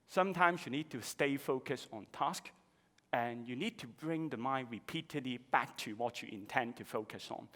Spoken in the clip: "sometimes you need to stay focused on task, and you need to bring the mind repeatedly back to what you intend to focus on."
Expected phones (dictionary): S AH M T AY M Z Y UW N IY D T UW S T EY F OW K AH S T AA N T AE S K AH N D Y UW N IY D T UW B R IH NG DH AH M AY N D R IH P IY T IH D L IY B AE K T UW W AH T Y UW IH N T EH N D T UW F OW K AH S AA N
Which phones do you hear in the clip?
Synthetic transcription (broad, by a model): S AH M T AY M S Y UW N IY D T UW S T EY F OW K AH S AA N T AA S K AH N Y UW N IY D T UW B R IH NG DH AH M AY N R IH P IY T IH D L IY B AE K T UW W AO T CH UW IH N T EH N T UW F OW K AH S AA N